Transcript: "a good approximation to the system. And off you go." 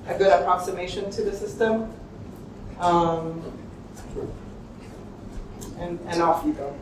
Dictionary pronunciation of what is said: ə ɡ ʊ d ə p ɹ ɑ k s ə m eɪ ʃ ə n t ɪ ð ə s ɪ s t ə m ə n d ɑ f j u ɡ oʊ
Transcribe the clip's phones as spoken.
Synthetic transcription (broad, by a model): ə ɡ ʊ d ə p ɹ ɑ k s ə m eɪ ʃ ə n t ɪ ð ə s ɪ s t ə m ə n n ɑ f j u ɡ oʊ